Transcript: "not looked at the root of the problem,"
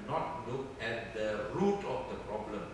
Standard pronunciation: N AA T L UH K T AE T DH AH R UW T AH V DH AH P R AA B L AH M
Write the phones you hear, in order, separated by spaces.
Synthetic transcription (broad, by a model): N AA T L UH K EH T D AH R UW T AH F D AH P R AA B L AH M